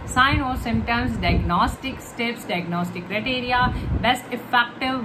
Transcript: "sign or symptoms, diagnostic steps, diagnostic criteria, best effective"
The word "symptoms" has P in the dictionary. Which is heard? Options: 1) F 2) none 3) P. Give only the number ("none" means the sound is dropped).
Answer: 2